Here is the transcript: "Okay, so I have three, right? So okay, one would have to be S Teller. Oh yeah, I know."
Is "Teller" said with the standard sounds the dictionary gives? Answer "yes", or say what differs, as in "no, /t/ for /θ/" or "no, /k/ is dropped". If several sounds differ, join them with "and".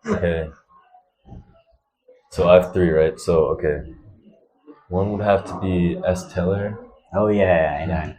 yes